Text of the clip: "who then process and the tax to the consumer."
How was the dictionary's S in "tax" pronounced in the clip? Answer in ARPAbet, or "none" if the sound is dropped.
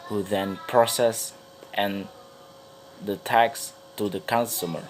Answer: S